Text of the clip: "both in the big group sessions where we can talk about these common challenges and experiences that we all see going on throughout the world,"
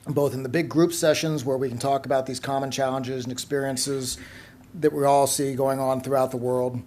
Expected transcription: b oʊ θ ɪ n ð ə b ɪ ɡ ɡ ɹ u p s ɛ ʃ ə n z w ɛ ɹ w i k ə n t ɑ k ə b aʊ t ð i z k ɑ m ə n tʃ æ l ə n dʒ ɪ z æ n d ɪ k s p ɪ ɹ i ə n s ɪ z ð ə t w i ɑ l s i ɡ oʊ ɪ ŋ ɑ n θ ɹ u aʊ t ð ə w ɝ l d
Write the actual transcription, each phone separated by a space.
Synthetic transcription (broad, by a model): b oʊ θ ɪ n ð ə b ɪ ɡ ɡ ɹ u p s ɛ ʃ ə n z w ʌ ɹ w i k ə n t ɑ k ə b aʊ t ð i z k ɑ m ə n tʃ æ l ə n dʒ ɪ z n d ɪ k s p ɪ ɹ i ə n s ɪ z ð ə t w i ɑ l s i ɡ oʊ ɪ ŋ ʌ n θ ɹ u aʊ t ð ə w ɝ l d